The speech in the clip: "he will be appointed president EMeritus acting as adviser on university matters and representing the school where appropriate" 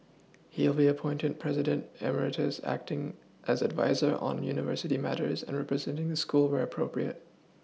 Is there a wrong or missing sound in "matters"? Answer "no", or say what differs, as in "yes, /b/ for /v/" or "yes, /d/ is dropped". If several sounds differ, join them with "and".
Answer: no